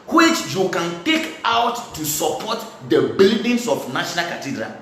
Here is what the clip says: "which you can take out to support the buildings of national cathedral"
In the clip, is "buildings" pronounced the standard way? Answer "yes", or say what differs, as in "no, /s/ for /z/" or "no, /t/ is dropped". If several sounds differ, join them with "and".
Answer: no, /s/ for /z/